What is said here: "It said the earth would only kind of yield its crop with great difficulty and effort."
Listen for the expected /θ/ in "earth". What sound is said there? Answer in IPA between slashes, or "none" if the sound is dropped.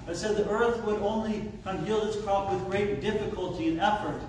/θ/